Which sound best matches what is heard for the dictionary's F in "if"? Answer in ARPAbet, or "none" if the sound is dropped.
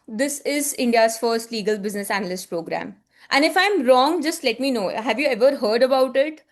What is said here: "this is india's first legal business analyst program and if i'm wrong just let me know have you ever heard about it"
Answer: F